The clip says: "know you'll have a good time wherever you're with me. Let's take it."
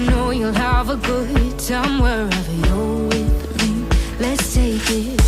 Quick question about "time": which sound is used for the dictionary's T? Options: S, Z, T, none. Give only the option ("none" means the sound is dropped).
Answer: S